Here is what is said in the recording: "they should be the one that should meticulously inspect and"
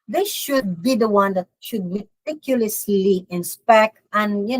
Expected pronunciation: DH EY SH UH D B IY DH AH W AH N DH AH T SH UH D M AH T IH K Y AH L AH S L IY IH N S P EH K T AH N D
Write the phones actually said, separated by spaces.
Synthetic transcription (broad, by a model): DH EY SH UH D B IY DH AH W AH N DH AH T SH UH D M AH T IH K Y AH L AH S L IY IH N S P EH K T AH N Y